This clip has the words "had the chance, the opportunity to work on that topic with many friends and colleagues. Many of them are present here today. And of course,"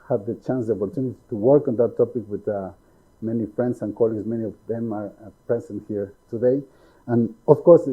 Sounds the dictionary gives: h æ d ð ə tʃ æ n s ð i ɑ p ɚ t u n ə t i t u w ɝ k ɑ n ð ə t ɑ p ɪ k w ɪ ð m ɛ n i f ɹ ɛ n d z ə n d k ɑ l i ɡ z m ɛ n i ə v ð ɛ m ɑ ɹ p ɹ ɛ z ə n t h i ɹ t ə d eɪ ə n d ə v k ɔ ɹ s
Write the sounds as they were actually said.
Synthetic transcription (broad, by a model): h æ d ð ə tʃ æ n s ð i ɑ p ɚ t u n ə t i t u w ɝ k ɑ n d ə t ɑ p ɪ k w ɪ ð m ɛ n i f ɹ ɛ n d s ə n k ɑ l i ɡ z m ɛ n i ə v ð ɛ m ɑ ɹ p ɛ s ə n h i ɹ t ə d eɪ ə n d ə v k ɔ ɹ s